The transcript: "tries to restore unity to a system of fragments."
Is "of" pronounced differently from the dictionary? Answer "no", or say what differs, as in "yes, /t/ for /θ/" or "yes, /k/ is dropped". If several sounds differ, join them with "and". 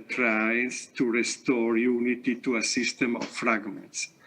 yes, /f/ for /v/